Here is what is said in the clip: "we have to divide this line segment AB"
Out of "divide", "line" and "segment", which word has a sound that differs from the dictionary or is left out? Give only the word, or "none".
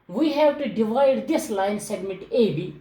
segment